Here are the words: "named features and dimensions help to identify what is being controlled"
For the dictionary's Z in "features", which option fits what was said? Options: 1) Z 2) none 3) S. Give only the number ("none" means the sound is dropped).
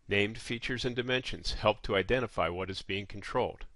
1